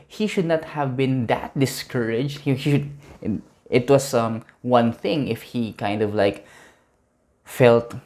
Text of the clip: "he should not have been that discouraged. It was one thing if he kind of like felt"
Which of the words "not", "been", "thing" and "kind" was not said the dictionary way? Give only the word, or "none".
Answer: none